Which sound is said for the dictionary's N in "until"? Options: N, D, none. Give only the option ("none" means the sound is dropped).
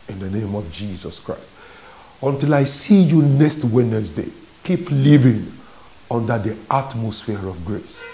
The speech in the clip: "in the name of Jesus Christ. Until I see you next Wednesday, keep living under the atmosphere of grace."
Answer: N